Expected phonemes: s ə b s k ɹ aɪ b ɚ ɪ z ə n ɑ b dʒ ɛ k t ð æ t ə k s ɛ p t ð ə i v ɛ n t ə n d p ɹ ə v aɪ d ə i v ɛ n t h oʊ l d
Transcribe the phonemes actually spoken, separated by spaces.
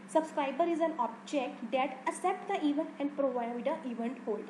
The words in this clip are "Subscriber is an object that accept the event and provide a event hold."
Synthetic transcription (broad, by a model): s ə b s k ɹ aɪ b ɚ ɪ z ə n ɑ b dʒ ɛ k t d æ t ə s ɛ p t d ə i v ɛ n t ə n d p ɹ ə v aɪ d ə i v ɛ n t h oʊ l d